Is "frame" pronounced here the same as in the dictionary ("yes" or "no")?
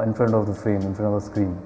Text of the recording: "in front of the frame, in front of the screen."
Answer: yes